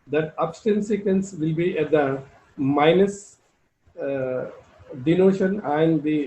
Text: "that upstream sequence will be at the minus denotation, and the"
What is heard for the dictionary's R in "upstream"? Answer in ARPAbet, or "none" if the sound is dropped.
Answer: none